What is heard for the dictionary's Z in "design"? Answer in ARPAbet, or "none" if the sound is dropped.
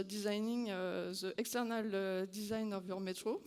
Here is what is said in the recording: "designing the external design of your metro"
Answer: Z